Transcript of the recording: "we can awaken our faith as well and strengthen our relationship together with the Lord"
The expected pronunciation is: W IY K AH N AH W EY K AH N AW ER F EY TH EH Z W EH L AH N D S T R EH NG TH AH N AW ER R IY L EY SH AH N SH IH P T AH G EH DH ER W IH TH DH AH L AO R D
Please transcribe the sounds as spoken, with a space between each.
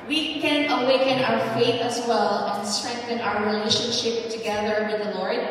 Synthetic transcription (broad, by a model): W IY K AH N AH W EY K AH N AW ER F EY TH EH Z W EH L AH N S T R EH NG TH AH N AW ER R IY L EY SH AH N SH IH P T AH G EH DH ER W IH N DH AH L AO R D